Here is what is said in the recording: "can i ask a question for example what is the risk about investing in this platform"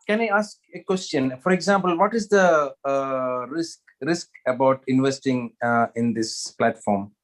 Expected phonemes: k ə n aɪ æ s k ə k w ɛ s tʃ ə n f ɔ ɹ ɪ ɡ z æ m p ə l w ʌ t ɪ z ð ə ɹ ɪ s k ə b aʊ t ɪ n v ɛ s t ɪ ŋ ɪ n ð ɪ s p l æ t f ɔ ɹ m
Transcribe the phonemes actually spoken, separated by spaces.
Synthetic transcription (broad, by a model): k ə n aɪ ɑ s k ə k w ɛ s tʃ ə n f ɔ ɹ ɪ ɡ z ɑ m p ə l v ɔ t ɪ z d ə ɹ ɪ s k ə b aʊ t ɪ n v ɛ s t ɪ ŋ ɪ n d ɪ s p l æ t f ɔ ɹ m